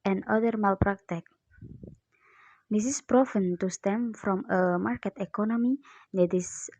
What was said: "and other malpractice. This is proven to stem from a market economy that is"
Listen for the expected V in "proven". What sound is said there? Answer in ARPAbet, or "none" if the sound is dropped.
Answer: F